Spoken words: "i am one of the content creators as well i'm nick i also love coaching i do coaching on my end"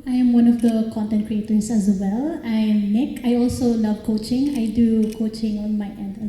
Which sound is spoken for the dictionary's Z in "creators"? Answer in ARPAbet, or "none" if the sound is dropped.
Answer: S